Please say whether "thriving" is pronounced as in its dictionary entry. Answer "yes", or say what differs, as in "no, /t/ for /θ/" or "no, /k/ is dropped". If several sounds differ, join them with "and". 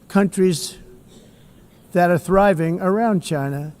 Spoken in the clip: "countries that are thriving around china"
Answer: yes